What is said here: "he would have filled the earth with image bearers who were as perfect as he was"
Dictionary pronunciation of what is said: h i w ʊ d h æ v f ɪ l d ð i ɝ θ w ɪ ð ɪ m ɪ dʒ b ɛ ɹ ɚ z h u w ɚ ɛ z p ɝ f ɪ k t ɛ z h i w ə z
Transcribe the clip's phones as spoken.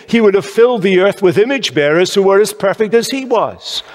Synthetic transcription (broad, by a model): h i w ʊ d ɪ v f ɪ l d ð i ɝ θ w ɪ ð ɪ m ɪ dʒ b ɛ ɹ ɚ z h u w ɚ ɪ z p ɝ f ɪ k t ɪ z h i w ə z